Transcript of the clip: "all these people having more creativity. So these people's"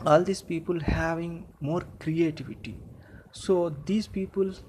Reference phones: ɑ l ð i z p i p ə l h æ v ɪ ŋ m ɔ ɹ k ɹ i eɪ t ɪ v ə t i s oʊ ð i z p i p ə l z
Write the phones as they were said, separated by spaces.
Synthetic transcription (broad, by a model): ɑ l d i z p i p ə l h æ v ɪ ŋ m ɔ ɹ k ɹ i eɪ t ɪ v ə t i s oʊ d i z p i p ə l